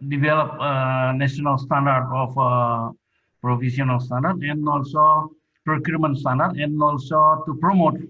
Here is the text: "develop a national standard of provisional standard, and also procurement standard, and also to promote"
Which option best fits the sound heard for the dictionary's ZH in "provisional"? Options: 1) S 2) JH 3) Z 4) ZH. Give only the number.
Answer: 1